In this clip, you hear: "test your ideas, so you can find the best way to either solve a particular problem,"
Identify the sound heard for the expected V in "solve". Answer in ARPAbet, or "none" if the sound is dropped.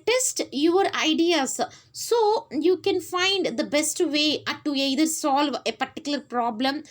V